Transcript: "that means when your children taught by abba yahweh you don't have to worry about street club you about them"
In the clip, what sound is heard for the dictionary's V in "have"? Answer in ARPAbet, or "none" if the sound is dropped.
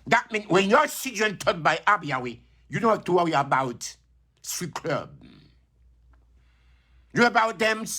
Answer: F